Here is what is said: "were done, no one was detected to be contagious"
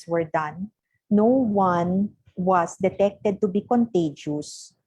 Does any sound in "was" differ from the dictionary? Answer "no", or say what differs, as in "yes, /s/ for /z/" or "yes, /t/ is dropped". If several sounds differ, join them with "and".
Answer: yes, /s/ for /z/